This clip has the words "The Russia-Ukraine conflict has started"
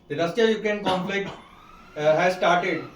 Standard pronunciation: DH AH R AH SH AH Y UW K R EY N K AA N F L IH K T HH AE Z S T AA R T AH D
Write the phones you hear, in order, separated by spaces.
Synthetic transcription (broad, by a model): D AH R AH S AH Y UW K EY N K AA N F L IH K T HH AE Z S T AA R T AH D